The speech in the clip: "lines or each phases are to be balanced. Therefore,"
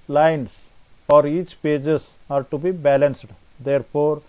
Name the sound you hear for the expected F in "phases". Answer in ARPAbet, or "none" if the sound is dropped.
P